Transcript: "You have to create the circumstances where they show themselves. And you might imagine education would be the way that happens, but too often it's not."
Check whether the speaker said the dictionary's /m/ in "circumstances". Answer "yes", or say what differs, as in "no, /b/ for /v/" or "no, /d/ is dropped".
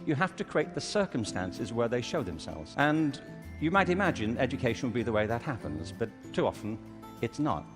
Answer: yes